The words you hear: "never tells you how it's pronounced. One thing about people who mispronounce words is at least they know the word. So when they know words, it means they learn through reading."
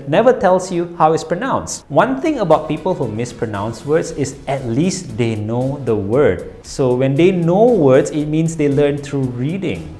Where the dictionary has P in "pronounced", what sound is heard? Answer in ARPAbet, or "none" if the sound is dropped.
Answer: P